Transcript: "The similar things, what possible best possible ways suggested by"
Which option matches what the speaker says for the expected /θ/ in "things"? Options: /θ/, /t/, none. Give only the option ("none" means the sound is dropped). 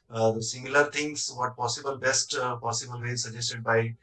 /t/